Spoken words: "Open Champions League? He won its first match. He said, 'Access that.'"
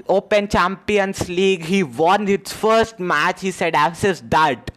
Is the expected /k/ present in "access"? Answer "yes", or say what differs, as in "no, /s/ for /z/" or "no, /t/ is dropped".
no, /k/ is dropped